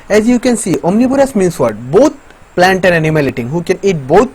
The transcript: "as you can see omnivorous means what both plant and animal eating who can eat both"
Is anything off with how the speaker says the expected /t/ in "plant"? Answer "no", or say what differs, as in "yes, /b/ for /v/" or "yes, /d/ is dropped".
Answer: no